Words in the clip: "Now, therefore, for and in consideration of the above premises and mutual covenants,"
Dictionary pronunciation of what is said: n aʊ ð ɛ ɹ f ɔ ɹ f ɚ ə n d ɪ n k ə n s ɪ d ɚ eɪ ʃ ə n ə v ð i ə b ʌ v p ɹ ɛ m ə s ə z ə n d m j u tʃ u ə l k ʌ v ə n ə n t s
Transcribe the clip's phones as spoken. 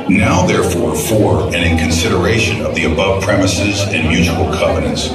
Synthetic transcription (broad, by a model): n aʊ ð ɛ ɹ f ɔ ɹ f ɚ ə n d ɪ n k ə n s ɪ d ɚ eɪ ʃ ə n ə v ð i ə b ʌ v p ɹ ɛ m ə s ə z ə n m j u tʃ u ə l k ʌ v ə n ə n t s